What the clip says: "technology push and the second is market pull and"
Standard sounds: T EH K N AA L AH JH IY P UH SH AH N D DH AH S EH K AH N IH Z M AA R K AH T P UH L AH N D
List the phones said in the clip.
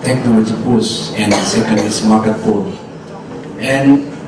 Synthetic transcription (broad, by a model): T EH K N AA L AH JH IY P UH S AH N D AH S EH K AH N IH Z M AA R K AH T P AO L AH N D